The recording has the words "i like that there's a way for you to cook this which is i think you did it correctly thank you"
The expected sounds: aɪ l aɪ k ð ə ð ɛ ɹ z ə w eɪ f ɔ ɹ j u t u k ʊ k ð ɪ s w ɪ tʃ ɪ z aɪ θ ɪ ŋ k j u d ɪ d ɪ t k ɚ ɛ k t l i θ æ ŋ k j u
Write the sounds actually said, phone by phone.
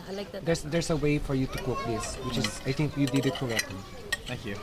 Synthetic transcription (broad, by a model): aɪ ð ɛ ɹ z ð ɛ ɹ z ə w eɪ f ɔ ɹ j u t u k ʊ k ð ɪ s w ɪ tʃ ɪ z aɪ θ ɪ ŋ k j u d ɪ d ɪ t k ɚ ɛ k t i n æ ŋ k j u